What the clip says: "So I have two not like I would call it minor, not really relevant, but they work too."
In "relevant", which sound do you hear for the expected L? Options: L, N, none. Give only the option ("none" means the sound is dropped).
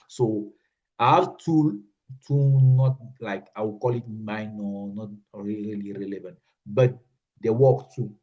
L